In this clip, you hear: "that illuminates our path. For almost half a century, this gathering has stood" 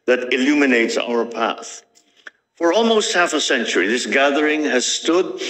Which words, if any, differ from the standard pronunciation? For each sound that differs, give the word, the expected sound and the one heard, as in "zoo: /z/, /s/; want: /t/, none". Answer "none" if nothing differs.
none